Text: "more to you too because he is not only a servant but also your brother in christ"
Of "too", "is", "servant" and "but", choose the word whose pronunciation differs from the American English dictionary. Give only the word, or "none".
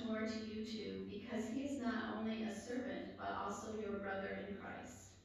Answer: none